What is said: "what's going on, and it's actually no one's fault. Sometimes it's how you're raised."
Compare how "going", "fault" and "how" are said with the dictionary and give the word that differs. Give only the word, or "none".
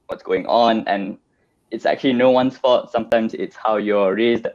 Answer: fault